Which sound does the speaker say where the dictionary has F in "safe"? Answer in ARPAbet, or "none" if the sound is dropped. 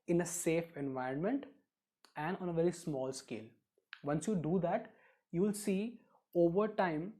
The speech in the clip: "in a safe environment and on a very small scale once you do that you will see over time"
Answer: F